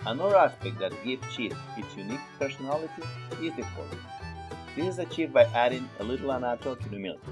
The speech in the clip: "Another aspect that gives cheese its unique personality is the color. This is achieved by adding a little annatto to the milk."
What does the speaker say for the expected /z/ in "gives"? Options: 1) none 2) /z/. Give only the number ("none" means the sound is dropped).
1